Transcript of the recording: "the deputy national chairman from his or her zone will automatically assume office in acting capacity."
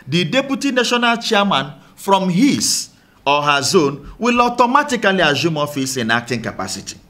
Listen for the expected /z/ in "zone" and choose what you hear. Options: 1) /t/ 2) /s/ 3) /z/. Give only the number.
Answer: 3